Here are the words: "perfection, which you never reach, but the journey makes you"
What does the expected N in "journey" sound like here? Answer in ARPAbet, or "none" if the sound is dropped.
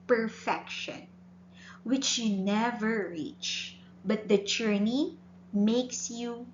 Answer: N